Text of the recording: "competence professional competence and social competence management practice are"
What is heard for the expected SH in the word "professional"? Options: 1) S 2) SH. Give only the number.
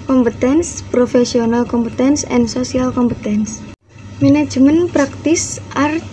1